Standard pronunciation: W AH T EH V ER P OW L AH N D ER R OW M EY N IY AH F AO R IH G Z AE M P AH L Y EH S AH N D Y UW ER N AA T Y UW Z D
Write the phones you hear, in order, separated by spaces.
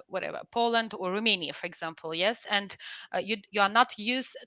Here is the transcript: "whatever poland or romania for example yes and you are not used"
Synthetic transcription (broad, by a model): W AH T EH V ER P OW L AH N D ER R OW M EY N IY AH F AO R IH G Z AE M P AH L Y EH S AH N D Y UW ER N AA T Y UW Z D